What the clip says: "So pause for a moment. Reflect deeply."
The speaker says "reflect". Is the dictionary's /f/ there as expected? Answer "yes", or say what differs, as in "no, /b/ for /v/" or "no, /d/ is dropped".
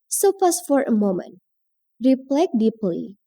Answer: no, /p/ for /f/